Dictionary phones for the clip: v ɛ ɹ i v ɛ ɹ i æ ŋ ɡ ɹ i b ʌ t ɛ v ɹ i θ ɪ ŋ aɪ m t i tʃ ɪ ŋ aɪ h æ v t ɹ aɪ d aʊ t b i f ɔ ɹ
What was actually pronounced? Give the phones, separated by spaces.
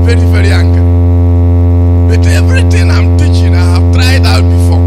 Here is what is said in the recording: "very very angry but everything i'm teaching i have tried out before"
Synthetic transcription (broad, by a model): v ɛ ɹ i v ɛ ɹ i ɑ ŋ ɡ i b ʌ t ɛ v ɹ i t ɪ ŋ aɪ m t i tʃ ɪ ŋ aɪ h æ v t ɹ aɪ d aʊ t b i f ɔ